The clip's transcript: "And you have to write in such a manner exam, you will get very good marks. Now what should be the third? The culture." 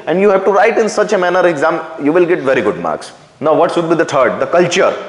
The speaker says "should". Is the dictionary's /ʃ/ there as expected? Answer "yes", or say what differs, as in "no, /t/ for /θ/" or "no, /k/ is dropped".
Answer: no, /s/ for /ʃ/